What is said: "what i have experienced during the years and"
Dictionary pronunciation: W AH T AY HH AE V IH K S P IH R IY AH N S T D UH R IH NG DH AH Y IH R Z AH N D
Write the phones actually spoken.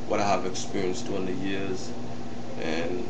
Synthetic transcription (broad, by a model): W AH T AY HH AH V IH K S P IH R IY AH N S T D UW IH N DH AH Y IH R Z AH N